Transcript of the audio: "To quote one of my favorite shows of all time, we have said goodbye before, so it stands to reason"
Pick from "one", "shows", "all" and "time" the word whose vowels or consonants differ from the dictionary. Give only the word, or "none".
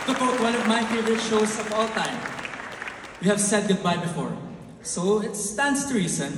shows